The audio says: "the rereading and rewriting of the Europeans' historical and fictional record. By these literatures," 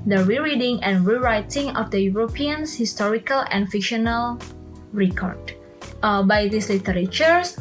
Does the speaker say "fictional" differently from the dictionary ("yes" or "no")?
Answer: no